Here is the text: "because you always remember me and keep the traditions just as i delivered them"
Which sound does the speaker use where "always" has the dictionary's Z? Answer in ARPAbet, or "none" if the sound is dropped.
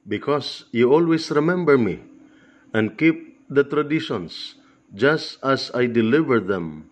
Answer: S